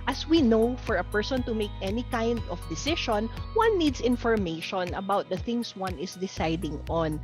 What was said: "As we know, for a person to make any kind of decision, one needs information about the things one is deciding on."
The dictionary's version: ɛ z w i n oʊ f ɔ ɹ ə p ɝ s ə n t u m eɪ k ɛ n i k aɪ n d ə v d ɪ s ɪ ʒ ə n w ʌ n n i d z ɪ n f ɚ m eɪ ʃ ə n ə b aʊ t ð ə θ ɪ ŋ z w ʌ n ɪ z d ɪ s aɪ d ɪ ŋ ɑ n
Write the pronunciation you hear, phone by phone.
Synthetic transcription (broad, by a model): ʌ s w i n oʊ f ɔ ɹ ə p ɝ s ə n t u m eɪ k ɛ n i k aɪ n d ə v d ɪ s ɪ ʃ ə n w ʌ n n i d s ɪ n f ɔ m eɪ ʃ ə n ə b aʊ t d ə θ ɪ ŋ s w ʌ n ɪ s d ɪ s aɪ d ɪ ŋ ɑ n